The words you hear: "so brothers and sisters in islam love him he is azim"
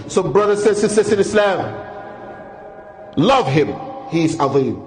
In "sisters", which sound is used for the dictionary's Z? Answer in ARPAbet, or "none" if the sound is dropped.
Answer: S